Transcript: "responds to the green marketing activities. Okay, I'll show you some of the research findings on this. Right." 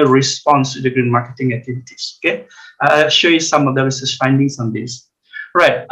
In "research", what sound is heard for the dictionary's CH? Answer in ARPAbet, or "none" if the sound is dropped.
S